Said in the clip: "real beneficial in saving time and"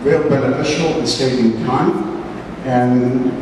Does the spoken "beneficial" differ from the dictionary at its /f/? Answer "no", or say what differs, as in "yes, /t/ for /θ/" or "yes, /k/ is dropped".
yes, /f/ is dropped